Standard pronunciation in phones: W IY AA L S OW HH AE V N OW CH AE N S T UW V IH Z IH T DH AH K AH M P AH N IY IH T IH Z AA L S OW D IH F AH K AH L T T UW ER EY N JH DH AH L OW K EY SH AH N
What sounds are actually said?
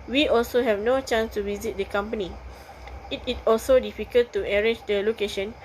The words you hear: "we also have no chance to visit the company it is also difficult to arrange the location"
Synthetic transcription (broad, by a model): W IY AA L S OW HH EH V N OW CH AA N S T UW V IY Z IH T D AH K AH M P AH N IY IH T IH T AA L S OW D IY F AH K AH L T T UW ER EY JH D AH L OW K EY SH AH N